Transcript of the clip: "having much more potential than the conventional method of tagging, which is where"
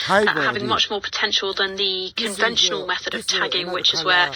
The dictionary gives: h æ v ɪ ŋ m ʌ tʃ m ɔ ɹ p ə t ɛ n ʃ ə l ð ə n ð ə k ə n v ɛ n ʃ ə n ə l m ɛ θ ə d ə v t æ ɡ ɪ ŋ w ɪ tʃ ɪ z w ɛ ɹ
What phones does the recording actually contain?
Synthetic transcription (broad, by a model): h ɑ v ɪ ŋ m ʌ tʃ m ɔ p ə t ɛ n ʃ ə l ð ə n ð ə k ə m v ɛ n ʃ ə n ə l m ɛ θ ə d ə v t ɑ ɡ ɪ ŋ w ɪ tʃ ɪ z w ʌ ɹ